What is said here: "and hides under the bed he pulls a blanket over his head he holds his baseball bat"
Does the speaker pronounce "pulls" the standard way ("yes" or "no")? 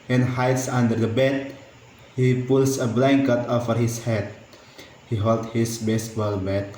no